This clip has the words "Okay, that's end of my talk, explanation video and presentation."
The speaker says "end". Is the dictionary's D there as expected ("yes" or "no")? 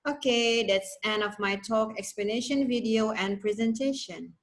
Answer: no